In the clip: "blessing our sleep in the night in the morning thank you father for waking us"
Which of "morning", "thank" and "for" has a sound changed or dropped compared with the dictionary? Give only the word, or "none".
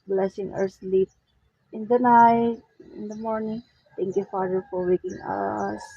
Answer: thank